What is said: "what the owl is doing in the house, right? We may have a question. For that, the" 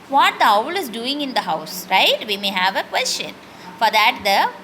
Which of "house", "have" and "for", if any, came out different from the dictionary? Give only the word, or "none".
none